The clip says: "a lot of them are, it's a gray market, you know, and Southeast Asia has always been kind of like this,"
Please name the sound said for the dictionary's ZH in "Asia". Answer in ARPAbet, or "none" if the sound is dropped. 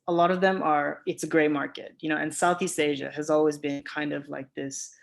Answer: ZH